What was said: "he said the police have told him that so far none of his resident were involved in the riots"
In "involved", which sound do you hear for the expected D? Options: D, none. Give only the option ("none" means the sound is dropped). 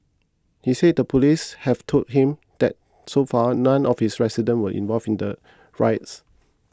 none